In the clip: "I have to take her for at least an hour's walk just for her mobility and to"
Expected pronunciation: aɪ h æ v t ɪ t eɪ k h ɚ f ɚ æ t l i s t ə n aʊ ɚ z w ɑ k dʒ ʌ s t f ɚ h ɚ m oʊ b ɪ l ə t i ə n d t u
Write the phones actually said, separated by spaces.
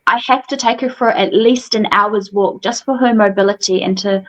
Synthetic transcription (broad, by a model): aɪ h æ f t ɪ t eɪ k h ɚ f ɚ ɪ t l i s t ə n aʊ ɚ z w ɑ k dʒ ʌ s t f ɚ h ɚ m oʊ b ɪ l ə t i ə n t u